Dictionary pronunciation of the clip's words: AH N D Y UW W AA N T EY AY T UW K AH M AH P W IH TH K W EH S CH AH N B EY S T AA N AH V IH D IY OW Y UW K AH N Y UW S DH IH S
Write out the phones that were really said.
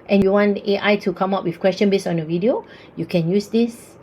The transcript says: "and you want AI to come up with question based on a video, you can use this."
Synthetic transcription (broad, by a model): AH N Y UW W AA N T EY AY T UW K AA M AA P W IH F K W EH S CH AH N B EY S AA N AH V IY D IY OW Y UW K AH N Y UW S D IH S